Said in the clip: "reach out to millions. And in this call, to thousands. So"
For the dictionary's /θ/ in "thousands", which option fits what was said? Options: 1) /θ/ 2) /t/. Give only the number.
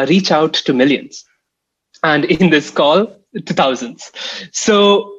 2